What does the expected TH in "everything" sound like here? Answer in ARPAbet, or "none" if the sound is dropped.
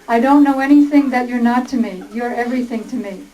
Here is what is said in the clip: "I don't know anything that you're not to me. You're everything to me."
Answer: TH